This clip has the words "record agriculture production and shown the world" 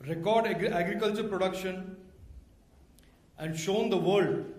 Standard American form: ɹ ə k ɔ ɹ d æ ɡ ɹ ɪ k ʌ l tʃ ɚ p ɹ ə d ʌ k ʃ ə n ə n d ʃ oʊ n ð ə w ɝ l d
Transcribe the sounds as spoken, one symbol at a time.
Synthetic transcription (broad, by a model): ɹ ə k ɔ ɹ d æ ɡ ɹ ɪ k ʌ l tʃ ɚ p ɹ ə d ʌ k ʃ ə n ə n d ʃ oʊ n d ə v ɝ l d